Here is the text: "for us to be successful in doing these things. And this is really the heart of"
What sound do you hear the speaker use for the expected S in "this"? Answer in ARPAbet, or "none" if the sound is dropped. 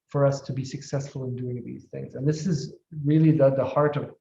S